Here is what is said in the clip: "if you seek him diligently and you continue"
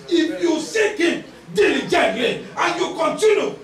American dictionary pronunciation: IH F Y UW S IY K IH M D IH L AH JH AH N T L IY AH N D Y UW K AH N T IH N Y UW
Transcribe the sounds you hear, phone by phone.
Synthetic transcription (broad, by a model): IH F Y UW S IY K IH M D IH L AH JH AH T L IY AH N Y UW K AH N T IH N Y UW